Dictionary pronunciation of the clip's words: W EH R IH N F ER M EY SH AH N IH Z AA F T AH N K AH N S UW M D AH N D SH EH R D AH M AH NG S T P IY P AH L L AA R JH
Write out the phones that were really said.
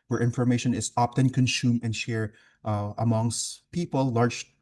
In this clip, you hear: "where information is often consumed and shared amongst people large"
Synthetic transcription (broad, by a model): W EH R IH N F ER M EY SH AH N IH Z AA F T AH N K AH N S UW M AH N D SH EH R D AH M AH NG S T P IY P AH L L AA R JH